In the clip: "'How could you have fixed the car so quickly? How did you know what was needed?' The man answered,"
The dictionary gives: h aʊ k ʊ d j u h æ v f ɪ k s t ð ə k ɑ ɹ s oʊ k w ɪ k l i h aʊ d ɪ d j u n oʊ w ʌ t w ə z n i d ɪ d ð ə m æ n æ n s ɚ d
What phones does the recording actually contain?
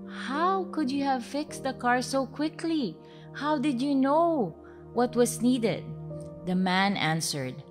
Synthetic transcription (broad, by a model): h aʊ k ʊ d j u h æ v f ɪ k s t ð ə k ɑ ɹ s oʊ k w ɪ k l i h aʊ d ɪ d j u n oʊ w ʌ t w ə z n i d ɪ d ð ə m æ n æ n s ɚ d